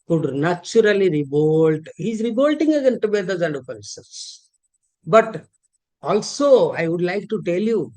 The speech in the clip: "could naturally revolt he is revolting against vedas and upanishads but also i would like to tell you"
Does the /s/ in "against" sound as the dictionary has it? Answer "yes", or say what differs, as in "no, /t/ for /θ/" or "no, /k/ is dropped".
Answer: no, /s/ is dropped